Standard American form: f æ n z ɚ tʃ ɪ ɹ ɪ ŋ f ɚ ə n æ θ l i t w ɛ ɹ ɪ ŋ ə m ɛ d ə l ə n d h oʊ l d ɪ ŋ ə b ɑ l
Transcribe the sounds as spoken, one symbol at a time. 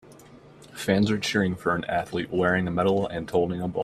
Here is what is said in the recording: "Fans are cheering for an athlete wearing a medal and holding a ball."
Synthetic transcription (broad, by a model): f æ n z ɚ tʃ ɪ ɹ ɪ ŋ f ɚ ə n æ θ l i t w ɛ ɹ ɪ ŋ ə m ɛ d l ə n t oʊ l d ɪ ŋ ə b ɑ